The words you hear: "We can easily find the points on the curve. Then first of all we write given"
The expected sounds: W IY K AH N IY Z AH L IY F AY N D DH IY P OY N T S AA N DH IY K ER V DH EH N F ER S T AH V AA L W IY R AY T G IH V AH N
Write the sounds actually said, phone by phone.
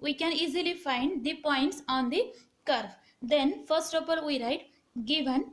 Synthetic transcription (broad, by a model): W IY K AH N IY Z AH L IY F AY N D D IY P OY N T S AA N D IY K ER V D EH N F ER S T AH P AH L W IY R AY T G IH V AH N